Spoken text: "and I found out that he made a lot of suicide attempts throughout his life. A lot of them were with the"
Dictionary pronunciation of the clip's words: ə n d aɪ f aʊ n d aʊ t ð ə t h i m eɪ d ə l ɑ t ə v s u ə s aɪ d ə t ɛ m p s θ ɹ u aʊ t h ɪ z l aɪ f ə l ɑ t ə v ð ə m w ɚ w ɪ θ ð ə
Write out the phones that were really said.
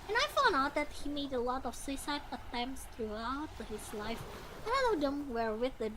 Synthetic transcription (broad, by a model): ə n aɪ f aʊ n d aʊ t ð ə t h i m eɪ d ə l ɑ t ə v s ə s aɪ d ə t ɛ m p s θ ɹ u aʊ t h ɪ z l aɪ f ə n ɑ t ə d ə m w ɚ w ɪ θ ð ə